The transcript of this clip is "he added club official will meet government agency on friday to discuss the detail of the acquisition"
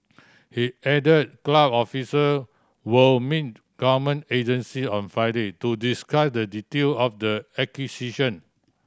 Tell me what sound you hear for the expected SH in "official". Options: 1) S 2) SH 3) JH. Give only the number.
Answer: 1